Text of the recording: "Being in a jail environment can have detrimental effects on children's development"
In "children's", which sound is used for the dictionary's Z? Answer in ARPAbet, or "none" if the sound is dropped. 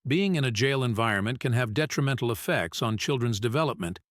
Z